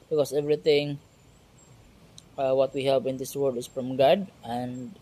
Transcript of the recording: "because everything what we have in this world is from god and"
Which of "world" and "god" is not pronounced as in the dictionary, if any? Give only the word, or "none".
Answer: world